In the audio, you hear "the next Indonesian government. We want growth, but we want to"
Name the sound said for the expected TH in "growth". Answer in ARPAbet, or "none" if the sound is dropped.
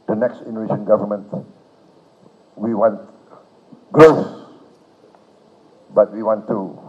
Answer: S